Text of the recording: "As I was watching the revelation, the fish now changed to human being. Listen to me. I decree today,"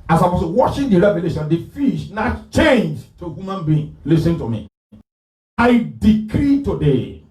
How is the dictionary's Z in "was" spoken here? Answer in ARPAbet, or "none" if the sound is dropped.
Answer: S